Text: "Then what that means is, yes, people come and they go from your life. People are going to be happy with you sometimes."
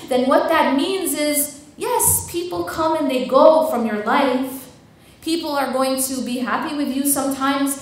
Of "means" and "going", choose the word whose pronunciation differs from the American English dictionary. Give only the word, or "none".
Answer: none